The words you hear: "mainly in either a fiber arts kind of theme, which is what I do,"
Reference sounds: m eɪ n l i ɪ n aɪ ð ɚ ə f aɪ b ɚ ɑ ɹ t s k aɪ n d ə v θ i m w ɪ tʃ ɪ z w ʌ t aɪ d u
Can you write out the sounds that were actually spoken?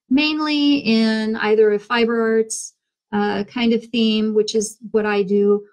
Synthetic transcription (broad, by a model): m eɪ n l i ɪ n aɪ ð ɚ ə f aɪ b ɚ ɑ ɹ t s k aɪ n d ə v θ i m w ɪ tʃ ɪ z w ʌ t aɪ d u